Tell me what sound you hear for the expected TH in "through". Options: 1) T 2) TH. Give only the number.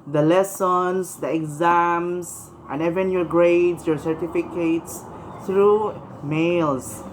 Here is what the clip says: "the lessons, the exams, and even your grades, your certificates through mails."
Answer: 1